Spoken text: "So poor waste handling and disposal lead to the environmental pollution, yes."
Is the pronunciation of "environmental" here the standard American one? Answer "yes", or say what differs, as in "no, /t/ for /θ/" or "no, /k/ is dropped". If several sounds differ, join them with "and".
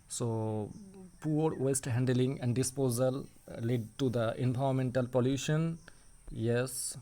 no, /ɹ/ is dropped